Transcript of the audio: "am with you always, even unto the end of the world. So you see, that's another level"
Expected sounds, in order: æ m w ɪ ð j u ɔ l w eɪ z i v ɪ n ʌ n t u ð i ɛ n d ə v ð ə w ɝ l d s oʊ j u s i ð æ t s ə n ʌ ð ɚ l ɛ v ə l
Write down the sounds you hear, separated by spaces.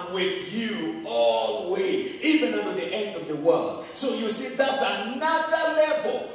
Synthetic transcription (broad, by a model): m w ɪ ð j u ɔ l w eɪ i v ɪ n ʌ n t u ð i ɛ n d ə v ð ə w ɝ l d s oʊ j u s i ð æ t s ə n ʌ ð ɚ l ɛ v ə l